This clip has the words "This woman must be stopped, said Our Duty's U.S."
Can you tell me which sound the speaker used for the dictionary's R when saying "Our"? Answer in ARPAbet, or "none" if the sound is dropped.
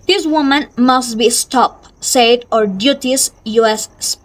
R